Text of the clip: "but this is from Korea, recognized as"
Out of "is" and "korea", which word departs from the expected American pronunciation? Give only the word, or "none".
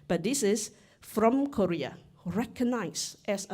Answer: is